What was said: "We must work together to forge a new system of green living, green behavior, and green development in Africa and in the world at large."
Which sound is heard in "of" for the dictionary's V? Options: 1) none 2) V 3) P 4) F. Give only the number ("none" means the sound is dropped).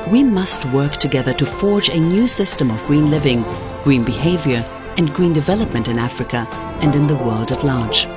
2